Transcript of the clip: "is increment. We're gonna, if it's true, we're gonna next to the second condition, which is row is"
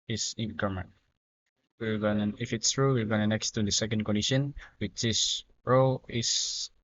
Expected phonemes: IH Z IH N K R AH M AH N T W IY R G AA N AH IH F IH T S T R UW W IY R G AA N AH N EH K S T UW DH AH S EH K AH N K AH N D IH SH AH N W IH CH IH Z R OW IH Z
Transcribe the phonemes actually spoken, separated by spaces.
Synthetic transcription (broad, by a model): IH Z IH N K AH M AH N W IY R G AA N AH IH F IH T S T R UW W IY R G AA N AH N EH K S T UW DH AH S EH K AH N K AH N D IH SH AH N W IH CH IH S R OW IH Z